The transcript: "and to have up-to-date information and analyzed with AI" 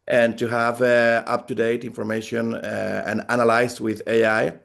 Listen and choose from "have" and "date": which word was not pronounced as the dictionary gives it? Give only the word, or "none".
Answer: none